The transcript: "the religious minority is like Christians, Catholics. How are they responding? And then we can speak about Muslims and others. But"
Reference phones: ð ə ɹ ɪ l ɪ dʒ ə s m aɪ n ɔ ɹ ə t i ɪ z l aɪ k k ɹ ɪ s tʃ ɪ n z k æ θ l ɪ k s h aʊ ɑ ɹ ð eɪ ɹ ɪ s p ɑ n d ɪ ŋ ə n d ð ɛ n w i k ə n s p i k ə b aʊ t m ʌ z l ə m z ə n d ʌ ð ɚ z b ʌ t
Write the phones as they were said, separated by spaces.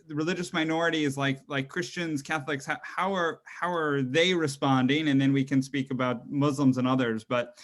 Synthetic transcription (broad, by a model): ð ɹ ɪ l ɪ dʒ ə s m aɪ n ɔ ɹ ə t i ɪ z l aɪ k k ɹ ɪ s tʃ ɪ n z k æ θ l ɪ k s h aʊ ɑ ɹ ð eɪ ɹ ɪ s p ɑ n d ɪ ŋ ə n ð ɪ n w i k ə n s p i k ə b aʊ t m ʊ z l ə m z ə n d ʌ ð ɚ z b ʌ t